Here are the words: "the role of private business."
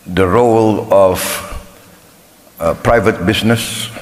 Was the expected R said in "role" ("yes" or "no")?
yes